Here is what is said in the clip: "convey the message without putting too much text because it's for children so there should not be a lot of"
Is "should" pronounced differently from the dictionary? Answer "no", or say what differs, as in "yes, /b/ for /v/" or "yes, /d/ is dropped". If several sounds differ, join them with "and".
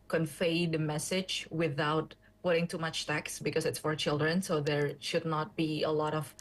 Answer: no